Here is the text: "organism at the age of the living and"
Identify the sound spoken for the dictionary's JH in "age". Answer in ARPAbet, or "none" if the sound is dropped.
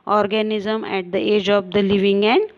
JH